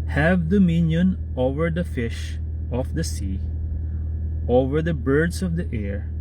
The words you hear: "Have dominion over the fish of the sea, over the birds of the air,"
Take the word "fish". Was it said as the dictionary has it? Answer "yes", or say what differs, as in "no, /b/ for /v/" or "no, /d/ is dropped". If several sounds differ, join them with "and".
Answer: yes